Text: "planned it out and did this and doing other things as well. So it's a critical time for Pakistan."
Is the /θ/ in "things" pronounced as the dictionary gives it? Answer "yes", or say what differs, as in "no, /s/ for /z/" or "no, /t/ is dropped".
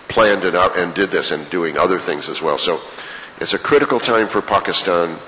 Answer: yes